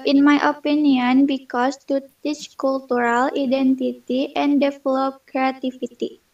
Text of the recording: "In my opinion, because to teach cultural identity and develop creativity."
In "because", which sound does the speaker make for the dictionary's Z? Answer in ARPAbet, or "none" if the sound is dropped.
S